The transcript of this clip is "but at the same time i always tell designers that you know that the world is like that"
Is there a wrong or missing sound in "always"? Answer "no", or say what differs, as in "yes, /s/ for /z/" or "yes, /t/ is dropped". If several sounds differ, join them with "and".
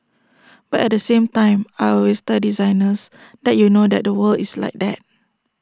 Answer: yes, /l/ is dropped and /s/ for /z/